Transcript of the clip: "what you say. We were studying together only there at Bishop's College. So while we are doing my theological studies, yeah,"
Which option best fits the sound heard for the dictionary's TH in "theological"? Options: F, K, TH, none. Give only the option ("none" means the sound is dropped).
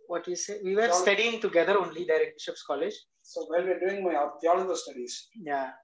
F